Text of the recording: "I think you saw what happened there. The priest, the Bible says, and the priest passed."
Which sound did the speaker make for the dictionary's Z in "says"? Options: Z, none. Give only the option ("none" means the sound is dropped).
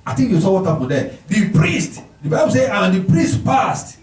none